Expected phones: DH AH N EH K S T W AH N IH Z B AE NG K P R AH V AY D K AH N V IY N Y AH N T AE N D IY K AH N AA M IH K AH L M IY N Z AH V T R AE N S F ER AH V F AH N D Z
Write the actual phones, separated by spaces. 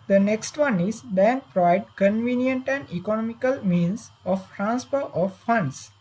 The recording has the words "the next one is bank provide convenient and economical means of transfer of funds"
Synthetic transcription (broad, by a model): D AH N EH K S T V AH N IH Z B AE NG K P R AH V AY D K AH N V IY N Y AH N T AE N D IY K AH N AA M IH K AH L M IY N S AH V T R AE N S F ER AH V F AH N D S